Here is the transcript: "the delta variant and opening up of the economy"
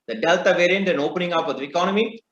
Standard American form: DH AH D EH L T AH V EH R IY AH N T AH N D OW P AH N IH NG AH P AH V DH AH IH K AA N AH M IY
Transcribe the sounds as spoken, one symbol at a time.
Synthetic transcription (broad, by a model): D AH D EH L T AH V EH R IY AH N T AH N OW P AH N IH NG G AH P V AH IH K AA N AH M IY